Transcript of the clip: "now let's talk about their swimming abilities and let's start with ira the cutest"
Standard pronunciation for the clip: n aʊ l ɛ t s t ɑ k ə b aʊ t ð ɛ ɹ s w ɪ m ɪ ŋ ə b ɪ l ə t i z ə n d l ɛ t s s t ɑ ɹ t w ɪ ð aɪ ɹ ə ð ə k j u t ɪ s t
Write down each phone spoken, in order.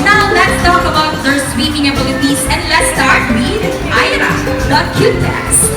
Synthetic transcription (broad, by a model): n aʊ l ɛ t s t ɑ k ə b aʊ t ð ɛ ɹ s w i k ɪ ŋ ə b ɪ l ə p i s ə n d l ɛ t s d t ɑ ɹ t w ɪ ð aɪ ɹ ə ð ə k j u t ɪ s